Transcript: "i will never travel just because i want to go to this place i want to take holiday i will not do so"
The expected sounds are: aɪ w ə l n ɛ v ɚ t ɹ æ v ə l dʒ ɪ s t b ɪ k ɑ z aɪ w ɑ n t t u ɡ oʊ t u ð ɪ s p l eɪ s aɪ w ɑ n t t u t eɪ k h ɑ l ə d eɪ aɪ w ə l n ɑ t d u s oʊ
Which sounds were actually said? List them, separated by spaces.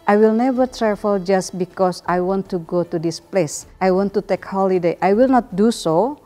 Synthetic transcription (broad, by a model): aɪ w ə l n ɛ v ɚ t ɹ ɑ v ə l dʒ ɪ s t b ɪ k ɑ s aɪ w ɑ n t t u ɡ oʊ t u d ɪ s p l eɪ s aɪ w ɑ n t t u t eɪ k h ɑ l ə d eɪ aɪ w ə l n ɑ t d u s oʊ